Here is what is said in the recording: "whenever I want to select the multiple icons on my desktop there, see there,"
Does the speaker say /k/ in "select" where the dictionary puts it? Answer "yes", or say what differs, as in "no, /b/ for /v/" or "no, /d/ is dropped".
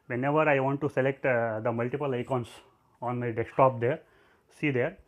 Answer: yes